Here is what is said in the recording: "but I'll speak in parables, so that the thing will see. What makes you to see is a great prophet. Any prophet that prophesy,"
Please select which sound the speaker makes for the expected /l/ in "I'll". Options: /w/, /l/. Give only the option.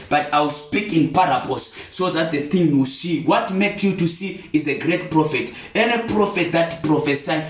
/w/